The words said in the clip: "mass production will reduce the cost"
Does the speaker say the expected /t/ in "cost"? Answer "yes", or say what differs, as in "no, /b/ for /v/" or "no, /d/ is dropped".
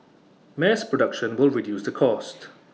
yes